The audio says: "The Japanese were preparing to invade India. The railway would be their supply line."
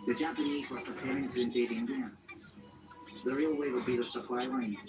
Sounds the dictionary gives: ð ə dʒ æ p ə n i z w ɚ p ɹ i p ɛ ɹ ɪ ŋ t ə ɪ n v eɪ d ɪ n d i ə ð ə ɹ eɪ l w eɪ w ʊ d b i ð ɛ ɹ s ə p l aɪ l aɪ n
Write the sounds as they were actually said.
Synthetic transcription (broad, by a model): ð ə dʒ æ p ə n i z w ɚ p ɹ i p ɛ ɹ ɪ ŋ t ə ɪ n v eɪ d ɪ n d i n ð ə ɹ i l w eɪ w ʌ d b i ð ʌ s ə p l aɪ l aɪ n